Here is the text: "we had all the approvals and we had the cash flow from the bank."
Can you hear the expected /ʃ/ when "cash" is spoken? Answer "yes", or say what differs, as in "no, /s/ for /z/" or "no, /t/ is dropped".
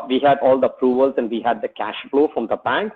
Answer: yes